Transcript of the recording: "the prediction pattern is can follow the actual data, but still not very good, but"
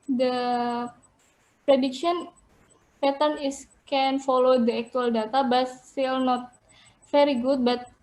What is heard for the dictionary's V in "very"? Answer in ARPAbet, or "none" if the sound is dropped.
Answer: F